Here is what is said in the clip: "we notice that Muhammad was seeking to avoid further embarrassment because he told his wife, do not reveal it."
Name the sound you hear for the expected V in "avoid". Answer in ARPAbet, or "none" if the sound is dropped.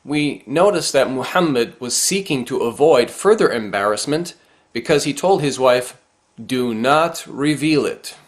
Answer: V